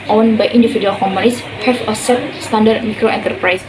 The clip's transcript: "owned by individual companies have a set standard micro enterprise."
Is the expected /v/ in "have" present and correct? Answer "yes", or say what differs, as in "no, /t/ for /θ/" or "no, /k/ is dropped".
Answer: no, /f/ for /v/